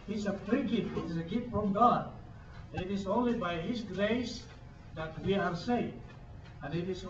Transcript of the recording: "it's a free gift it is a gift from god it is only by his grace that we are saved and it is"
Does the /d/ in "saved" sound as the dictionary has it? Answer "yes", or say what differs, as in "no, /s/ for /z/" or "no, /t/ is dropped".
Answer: no, /d/ is dropped